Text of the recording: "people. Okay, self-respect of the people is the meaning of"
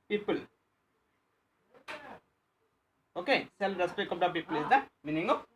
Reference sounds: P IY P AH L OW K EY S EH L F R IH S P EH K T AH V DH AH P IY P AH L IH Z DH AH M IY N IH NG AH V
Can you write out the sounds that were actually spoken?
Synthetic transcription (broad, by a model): P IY P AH L OW K EY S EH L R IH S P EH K AH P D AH P IY P AH L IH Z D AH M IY N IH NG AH